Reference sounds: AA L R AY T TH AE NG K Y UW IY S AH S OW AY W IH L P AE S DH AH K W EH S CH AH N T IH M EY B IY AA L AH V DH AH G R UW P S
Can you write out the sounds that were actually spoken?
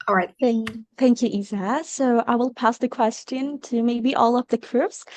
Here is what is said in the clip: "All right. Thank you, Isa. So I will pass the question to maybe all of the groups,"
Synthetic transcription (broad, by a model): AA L R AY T TH AE NG K Y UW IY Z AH S OW AY W IH L P AE S DH AH K W EH S CH AH N T IH M EY B IY AA L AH P DH AH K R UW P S